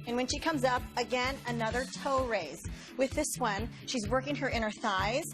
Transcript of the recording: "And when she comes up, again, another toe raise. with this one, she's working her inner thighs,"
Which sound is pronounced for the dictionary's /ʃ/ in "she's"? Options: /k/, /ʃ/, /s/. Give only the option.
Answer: /ʃ/